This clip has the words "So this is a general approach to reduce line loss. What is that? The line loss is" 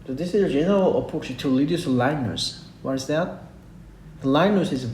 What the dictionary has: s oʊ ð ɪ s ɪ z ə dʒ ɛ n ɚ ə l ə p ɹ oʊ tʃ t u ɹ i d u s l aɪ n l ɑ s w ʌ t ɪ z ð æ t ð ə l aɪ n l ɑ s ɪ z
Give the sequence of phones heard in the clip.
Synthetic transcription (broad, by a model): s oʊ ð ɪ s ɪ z ə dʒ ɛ n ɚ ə l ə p oʊ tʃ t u l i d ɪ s l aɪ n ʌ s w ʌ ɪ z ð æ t ð ə l aɪ n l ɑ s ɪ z